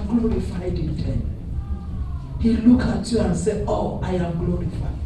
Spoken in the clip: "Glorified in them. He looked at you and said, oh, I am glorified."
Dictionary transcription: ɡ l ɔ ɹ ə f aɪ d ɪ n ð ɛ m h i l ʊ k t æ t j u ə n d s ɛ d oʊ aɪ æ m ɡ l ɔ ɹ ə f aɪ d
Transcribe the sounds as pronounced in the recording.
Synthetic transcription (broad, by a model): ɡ l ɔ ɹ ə f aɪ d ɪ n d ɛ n h i l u k ɑ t j u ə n s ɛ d oʊ aɪ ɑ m ɡ l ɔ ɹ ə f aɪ